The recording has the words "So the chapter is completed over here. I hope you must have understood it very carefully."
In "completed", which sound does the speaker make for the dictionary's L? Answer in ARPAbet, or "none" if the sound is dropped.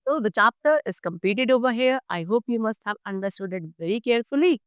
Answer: none